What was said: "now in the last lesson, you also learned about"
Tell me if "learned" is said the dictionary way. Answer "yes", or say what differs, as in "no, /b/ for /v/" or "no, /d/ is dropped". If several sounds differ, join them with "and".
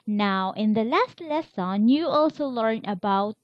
no, /d/ is dropped